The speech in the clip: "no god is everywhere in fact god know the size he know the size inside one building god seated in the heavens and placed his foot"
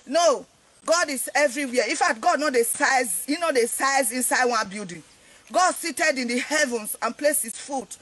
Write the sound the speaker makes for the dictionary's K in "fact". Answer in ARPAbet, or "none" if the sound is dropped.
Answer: none